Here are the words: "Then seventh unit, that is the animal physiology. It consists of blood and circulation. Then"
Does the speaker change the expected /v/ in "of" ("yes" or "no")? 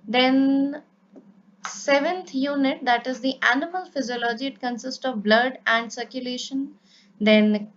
no